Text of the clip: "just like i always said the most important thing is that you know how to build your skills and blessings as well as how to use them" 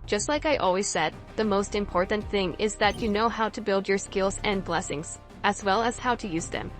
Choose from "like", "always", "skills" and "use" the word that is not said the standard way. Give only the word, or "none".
none